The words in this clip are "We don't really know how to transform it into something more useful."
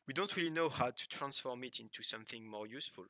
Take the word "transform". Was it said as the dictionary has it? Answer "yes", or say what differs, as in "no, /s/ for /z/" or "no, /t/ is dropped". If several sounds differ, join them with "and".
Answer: yes